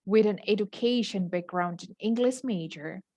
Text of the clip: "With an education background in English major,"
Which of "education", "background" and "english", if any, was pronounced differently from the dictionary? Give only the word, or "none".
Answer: none